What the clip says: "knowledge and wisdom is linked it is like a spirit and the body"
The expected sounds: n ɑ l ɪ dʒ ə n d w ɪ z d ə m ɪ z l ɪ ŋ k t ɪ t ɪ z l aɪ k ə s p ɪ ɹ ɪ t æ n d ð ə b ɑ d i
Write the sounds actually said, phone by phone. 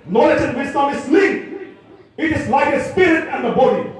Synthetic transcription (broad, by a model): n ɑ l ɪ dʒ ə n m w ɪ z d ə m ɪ s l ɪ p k ɪ t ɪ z l aɪ k ə s p ɪ ɹ ɪ t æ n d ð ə b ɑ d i